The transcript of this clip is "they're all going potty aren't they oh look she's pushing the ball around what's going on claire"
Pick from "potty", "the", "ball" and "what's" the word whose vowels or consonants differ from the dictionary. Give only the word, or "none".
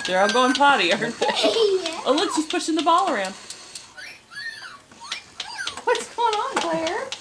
none